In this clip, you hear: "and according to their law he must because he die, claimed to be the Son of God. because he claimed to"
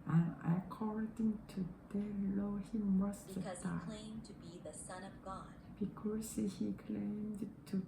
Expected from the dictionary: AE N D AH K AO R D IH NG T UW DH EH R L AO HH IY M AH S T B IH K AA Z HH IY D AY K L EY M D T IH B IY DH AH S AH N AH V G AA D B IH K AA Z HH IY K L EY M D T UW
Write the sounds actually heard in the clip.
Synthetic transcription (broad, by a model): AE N AH K AO R D IH NG T UW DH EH L AO HH IY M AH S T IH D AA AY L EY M T IH B IY DH AH S AH N AH V G AA D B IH K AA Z HH IY K L EY M D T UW